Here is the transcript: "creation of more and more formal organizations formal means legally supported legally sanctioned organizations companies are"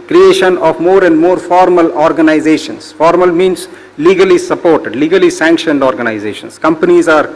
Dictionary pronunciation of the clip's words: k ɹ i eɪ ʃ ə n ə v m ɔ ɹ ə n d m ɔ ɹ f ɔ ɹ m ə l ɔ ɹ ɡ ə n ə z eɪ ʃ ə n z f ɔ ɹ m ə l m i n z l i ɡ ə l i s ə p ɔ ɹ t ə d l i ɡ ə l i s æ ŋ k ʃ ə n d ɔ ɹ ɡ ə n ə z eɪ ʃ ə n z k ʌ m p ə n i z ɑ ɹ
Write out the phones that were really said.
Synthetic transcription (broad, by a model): k ɹ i eɪ ʃ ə n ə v m ɔ ɹ ə n d m ɔ ɹ f ɔ ɹ m ə l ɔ ɹ ɡ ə n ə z eɪ ʃ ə n s f ɔ ɹ m ə l m i n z l i ɡ ə l i s ə p ɔ ɹ t ə d l i ɡ ə l i s æ ŋ k ʃ ə n d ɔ ɹ ɡ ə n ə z eɪ ʃ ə n s k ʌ m p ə n i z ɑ ɹ